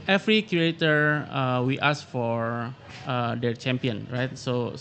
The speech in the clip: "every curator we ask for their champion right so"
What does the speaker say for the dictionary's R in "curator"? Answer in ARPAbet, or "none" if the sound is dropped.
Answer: none